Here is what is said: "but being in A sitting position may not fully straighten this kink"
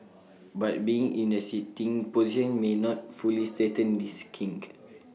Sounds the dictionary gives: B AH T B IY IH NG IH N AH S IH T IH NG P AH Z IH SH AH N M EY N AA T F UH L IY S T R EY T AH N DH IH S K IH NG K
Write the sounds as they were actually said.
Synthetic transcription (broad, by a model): B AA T B IY IH NG IH N AH S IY T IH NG P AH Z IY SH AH N M EY N AA T F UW L IY S T EY T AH N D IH S K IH NG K